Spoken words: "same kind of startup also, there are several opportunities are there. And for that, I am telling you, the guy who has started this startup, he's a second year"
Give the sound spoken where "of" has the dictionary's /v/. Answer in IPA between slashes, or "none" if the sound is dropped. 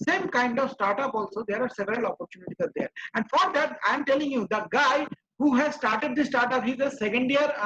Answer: /v/